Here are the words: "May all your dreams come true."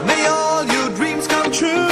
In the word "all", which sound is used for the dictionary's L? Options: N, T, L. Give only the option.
L